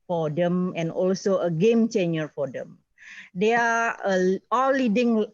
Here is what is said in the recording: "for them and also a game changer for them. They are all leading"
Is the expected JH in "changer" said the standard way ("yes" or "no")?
no